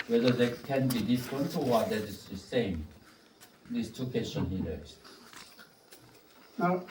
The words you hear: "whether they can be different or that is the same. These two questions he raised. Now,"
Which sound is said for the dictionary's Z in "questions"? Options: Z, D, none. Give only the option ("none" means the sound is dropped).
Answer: none